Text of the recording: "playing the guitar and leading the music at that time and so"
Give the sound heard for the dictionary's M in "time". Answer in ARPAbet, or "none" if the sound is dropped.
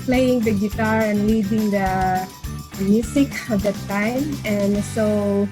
M